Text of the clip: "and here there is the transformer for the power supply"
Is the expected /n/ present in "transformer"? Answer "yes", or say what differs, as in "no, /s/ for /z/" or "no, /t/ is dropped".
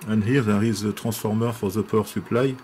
no, /n/ is dropped